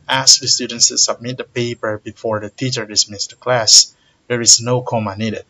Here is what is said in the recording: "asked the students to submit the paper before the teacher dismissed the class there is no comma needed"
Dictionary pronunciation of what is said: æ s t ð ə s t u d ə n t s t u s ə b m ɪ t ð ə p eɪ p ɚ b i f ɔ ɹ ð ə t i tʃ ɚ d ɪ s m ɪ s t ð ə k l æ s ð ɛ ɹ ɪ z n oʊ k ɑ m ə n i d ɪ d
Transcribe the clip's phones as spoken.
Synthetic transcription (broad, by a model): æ s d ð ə s t u d ə n t s t u s ə b m ɪ t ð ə p eɪ p ɚ b i f ɔ ɹ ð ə t i tʃ ɚ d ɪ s m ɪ s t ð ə k l æ s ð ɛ ɹ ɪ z n oʊ k ɑ m ə n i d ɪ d